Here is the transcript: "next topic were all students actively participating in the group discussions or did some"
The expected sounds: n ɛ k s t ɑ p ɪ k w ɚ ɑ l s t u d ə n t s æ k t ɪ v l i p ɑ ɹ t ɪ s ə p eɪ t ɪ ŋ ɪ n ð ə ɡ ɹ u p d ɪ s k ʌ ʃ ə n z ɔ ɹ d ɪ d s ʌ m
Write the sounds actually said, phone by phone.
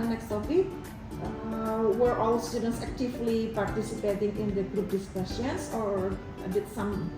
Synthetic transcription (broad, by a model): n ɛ k s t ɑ f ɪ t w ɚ ɑ l s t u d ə n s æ k t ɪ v l i p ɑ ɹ t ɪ s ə p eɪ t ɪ ŋ ɪ n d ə ɡ ɹ u p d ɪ s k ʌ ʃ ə n s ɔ ɹ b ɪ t s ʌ m